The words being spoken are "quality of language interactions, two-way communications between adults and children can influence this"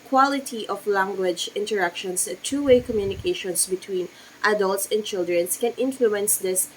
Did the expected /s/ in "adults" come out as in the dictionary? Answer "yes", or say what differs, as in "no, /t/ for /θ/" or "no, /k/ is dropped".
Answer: yes